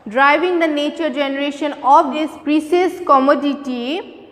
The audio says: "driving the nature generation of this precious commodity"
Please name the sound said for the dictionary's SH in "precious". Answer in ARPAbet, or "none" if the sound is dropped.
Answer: S